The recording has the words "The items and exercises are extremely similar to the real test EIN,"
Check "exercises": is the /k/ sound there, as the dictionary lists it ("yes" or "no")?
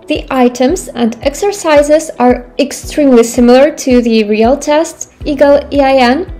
yes